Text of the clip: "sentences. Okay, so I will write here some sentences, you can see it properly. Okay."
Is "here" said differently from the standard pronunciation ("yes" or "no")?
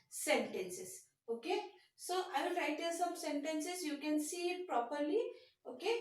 yes